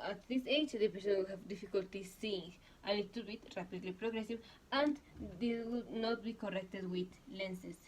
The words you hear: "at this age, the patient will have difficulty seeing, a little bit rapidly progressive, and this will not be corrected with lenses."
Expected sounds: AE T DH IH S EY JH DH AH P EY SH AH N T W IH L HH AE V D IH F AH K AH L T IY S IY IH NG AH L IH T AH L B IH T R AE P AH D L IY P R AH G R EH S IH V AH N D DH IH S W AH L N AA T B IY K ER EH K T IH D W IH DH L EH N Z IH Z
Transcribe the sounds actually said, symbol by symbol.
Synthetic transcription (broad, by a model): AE T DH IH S EY JH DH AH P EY S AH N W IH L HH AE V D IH F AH K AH L T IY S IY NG AH N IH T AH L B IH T R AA P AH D L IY P R AH G R EH S IH V AH N D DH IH W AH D N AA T B IY K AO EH K T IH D W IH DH L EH N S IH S